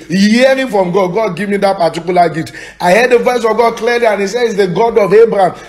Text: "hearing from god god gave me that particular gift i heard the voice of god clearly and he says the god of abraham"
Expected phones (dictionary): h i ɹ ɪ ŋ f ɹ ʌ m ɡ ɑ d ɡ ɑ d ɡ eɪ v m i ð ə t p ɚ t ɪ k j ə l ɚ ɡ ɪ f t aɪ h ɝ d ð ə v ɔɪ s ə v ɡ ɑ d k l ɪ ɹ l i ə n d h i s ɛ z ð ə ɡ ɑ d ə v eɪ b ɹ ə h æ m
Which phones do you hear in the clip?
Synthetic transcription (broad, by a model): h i ɹ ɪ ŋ f ɹ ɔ m ɡ ɑ d ɡ ɑ d ɡ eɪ v m i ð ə t p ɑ t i k j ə l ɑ ɡ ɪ t aɪ h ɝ d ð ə v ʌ s ə v ɡ ɑ d k l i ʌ l i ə n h i s ɛ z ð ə ɡ ɑ d ə v eɪ b ɹ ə m